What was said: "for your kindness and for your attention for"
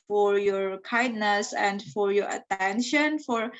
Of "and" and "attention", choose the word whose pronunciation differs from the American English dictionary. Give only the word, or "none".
none